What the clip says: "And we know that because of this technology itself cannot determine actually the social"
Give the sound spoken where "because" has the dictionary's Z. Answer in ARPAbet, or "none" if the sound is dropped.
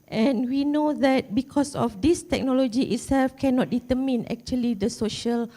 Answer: S